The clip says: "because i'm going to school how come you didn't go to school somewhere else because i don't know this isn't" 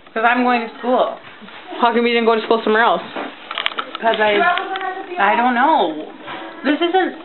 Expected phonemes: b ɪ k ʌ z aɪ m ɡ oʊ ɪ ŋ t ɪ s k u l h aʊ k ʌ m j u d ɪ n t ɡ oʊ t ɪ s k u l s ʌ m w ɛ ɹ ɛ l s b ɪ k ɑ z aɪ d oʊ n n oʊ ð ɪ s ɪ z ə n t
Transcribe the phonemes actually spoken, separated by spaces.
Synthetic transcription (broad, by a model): k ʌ z aɪ m ɡ oʊ ɪ ŋ t ɪ s k u l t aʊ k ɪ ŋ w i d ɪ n ɡ oʊ t ɪ s k u l s ʌ m w ɛ ɹ ɛ l s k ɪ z ɑ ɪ aɪ d oʊ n n oʊ ð ɪ s ɪ z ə n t